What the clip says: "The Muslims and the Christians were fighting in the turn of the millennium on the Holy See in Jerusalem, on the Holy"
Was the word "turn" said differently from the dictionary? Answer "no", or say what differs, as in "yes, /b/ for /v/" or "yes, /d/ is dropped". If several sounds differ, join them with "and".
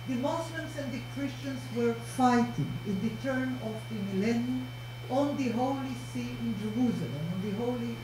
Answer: no